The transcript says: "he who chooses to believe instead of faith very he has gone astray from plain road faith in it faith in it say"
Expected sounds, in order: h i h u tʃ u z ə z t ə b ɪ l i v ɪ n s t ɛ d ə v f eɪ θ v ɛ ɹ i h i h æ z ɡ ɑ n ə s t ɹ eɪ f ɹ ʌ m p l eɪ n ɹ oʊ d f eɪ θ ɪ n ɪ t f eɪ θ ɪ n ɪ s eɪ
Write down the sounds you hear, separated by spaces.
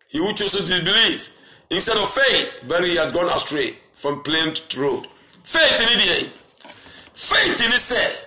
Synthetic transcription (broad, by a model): h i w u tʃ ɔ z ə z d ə b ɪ l i f ɪ n s t ɛ d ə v f eɪ θ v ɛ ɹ h i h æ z ɡ ɑ n ə s t ɹ eɪ f ɹ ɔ m p l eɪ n ɹ oʊ d f eɪ θ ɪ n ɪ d f eɪ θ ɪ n ɪ s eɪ